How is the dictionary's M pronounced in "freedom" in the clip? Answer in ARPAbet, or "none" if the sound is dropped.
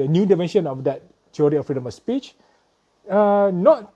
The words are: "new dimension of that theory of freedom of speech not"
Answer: M